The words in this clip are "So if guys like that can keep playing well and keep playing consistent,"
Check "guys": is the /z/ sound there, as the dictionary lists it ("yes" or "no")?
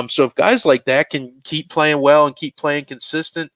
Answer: yes